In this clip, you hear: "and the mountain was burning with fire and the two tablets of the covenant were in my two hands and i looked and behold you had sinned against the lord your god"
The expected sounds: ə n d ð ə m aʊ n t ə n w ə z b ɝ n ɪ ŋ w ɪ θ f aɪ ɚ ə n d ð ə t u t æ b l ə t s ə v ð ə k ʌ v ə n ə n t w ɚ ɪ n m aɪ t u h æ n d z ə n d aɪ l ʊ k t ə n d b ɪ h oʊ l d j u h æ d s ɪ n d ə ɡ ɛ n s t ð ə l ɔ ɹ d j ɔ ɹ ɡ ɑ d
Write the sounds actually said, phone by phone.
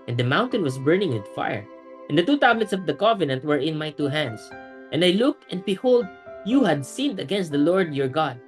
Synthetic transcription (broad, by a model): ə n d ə m aʊ n t ə n w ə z b ɝ n ɪ ŋ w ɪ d f aɪ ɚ ə n d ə t u t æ b l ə t s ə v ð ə k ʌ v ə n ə n t w ɚ ɪ n m aɪ t u h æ n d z ə n d aɪ l ʊ k t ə n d b ɪ h oʊ l d j u h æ d s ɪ n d ə ɡ ɛ n s t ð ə l ɔ ɹ d j ɔ ɹ ɡ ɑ d